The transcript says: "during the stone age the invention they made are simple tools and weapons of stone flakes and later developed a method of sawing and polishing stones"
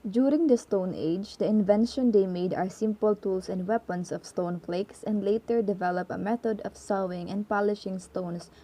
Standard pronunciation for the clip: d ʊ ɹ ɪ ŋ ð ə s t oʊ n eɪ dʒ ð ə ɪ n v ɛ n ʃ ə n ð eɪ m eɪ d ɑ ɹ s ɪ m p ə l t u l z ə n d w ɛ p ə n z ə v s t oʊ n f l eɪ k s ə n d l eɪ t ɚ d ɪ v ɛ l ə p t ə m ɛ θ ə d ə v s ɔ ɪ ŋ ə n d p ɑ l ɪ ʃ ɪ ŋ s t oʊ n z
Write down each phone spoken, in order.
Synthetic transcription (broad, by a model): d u ɹ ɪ ŋ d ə s t oʊ n eɪ dʒ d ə ɪ n v ɛ n ʃ ə n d eɪ m eɪ d ɑ ɹ s ɪ m p ə l t u l s ə n d w ɛ p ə n s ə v s t oʊ n f l eɪ k s ə n d l eɪ t ɚ d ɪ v ɛ l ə p ə m ɛ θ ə d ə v s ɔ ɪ ŋ ə n d p ɑ l ɪ ʃ ɪ ŋ s t oʊ n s